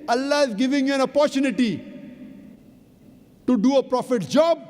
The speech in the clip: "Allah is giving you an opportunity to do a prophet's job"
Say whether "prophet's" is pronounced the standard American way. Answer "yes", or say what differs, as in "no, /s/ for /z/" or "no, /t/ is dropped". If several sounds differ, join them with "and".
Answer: no, /s/ is dropped